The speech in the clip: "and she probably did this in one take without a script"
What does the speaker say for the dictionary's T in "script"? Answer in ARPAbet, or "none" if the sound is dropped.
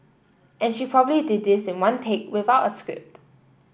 T